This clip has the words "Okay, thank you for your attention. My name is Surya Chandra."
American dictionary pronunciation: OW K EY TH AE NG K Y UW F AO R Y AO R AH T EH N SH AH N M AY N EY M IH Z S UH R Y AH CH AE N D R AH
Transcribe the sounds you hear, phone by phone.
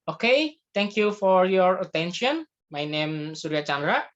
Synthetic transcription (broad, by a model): OW K EY T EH NG K Y UW F AO R Y AO R AH T EH N SH AH N M AY N EY M S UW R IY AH CH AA N D R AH